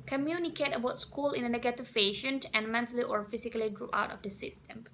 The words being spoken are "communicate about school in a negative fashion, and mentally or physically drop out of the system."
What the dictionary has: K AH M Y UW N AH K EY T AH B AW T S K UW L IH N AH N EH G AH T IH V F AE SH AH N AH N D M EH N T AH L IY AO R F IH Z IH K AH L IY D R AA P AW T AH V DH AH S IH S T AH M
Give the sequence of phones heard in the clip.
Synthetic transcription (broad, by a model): K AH M Y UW N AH K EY T AH B AW T S K UW L IH N AH N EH G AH T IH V P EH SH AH N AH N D M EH N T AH L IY AO R F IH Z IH K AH L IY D R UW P AW T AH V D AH S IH S T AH M